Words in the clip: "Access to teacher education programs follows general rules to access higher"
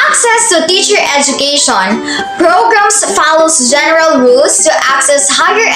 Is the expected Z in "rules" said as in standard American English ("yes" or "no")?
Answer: no